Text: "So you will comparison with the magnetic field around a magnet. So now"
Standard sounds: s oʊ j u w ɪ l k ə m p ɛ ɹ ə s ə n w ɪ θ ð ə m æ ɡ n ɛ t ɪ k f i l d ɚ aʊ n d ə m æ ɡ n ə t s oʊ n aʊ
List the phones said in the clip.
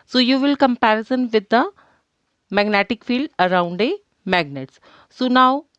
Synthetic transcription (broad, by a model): s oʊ j u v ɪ l k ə m p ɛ ɹ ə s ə n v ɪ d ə m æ ɡ n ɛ t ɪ k f i l d ɚ aʊ n d ə m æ ɡ n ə t s oʊ n aʊ